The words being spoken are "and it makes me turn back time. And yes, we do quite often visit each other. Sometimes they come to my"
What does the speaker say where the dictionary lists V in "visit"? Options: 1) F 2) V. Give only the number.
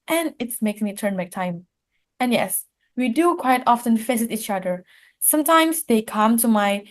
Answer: 1